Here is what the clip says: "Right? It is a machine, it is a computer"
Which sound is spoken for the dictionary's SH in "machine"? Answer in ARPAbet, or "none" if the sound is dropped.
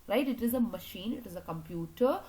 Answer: SH